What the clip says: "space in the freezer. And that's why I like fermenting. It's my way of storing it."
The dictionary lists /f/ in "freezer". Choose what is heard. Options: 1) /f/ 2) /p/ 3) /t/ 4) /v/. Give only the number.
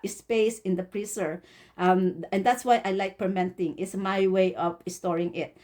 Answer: 2